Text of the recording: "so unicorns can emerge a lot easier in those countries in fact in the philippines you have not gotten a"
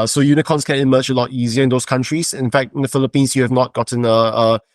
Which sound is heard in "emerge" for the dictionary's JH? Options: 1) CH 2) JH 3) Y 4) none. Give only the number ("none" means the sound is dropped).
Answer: 1